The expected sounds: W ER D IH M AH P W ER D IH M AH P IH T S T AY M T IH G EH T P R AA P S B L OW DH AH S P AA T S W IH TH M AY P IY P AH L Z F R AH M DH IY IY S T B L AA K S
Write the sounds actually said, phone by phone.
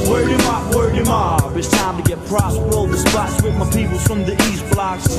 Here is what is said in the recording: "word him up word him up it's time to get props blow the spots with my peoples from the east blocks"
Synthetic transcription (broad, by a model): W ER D IH M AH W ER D IH M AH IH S T AY M T IH G EH T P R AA S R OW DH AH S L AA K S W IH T M AY P IY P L F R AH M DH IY IY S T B L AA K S